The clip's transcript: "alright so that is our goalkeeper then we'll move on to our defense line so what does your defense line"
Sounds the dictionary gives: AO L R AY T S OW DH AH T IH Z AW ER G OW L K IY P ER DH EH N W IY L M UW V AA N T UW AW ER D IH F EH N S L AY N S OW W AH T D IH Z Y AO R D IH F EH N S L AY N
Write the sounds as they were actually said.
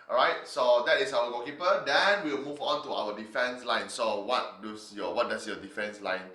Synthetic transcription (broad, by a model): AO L R AY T S OW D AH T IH S AW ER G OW K IY P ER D EH N W IY L M UW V AA N T UW AW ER D IH F EH N S L AY N S OW W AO T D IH S Y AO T D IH F EH N S L AY N